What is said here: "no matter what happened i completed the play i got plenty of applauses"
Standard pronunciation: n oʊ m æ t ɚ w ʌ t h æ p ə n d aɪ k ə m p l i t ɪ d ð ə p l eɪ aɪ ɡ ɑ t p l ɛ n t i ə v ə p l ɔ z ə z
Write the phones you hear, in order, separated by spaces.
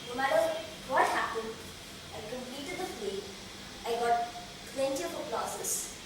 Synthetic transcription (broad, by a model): n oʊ m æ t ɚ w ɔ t h æ p ə n d aɪ k ə m p l i t ɪ d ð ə f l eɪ aɪ ɡ ɑ t p l ɛ n t i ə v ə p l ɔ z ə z